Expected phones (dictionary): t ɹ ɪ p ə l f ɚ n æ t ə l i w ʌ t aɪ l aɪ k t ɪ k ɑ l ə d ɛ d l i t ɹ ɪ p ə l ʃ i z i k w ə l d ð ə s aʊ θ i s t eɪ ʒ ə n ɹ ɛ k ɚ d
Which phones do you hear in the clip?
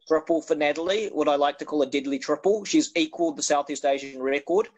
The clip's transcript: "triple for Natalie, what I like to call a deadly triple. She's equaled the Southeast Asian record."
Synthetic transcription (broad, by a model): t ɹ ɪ p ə l f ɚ n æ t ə l i w ʌ t aɪ l aɪ k t ɪ k ɑ l ə d ɛ d l i t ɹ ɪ p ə l ʃ i z i k w ə l d ð ə s aʊ θ i s t eɪ ʒ ə n ɹ ɛ k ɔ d